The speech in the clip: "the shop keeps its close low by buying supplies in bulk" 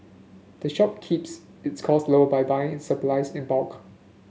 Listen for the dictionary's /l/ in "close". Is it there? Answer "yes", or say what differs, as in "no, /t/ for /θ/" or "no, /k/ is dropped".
no, /l/ is dropped